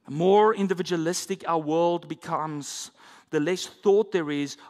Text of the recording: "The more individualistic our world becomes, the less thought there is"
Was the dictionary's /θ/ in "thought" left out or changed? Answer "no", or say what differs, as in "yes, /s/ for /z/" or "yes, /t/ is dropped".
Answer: no